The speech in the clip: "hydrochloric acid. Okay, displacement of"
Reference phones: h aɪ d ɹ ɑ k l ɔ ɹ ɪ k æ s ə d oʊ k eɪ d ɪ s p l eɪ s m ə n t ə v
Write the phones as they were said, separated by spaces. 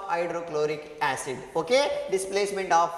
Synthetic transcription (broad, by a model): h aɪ d ɹ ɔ k l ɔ ɹ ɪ k æ s ə d oʊ k eɪ d ɪ s p l eɪ s m ə n t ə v